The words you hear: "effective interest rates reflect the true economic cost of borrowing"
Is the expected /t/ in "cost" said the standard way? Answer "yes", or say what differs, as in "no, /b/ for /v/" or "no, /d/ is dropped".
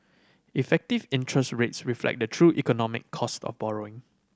yes